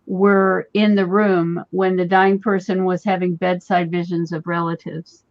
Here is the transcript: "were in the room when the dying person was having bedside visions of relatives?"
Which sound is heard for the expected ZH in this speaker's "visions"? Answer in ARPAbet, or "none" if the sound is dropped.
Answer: ZH